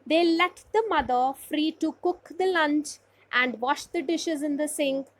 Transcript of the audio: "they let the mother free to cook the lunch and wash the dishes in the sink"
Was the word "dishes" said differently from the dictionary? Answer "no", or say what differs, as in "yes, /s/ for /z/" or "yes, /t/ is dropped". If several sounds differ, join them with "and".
no